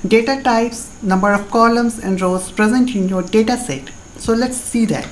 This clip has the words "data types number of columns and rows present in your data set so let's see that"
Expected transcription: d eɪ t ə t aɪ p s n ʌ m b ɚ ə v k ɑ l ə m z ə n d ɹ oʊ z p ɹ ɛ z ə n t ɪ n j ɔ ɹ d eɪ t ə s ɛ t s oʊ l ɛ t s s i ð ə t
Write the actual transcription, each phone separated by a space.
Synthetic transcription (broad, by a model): d eɪ t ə t aɪ p s n ʌ m b ɚ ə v k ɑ l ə m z ə n d ɹ oʊ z p ɹ ɛ z ə n t ɪ n j ɔ ɹ d eɪ t ə s ɛ t s oʊ l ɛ t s s i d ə t